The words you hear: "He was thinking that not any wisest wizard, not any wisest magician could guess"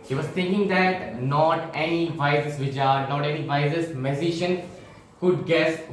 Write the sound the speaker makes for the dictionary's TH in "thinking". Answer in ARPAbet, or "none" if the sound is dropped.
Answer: T